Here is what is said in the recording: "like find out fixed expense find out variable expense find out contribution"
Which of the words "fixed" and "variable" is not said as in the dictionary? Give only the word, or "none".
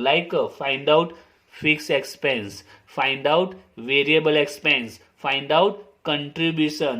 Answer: fixed